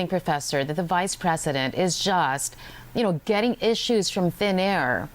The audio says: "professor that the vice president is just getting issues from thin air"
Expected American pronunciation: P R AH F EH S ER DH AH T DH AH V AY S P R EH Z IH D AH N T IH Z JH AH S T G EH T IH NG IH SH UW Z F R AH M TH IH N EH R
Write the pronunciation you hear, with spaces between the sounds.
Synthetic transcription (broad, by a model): P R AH F EH S ER DH AH T DH AH V AY S P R EH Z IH D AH N T IH Z JH AH S T G EH T IH NG IH SH UW Z F R AH M TH IH N EH R